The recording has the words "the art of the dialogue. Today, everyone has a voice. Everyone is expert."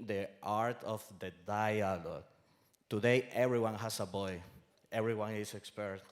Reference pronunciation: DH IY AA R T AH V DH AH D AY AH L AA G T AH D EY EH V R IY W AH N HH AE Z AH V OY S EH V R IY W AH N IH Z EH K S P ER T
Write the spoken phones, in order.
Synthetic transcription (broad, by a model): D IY AA R T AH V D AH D AY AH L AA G T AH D EY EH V R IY W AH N HH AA S AH B OY EH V R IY W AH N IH S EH K S P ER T